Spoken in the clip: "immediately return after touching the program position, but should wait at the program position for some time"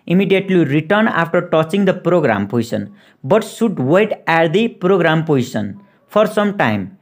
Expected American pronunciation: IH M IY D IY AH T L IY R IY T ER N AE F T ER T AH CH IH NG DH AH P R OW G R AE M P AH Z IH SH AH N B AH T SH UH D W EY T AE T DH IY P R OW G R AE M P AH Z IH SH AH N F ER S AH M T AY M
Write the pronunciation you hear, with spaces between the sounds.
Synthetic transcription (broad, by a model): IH M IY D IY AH T L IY R IY T ER N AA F T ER T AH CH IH NG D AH P R OW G R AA M P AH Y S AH N B AH T S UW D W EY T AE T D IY P R OW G R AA M P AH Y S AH N P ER S AH M T AY M